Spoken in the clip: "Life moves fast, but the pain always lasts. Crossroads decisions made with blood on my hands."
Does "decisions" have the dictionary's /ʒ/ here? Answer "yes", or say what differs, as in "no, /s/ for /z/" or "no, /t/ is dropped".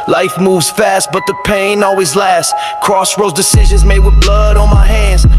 yes